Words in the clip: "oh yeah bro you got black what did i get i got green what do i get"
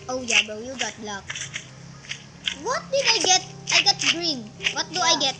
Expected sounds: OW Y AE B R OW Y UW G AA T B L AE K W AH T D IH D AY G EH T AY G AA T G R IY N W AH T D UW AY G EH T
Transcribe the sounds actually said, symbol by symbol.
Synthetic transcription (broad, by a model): OW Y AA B OW Y UW G AA T L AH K W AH T D IH D AY G EH T AY G AA T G R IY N W AH T D UW AY G EH T